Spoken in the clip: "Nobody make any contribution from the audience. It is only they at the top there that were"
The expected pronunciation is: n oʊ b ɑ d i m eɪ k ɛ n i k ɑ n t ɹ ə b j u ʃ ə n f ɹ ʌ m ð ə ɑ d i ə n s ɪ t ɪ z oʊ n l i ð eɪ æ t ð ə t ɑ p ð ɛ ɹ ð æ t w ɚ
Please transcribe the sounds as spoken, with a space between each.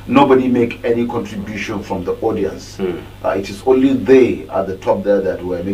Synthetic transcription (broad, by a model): n oʊ b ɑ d i m eɪ k ɛ n i k ɑ n t ɹ ə b j u ʃ ə n f ɹ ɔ m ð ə ɑ d i ə n s ɪ t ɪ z oʊ n l i ð eɪ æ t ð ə t ɑ p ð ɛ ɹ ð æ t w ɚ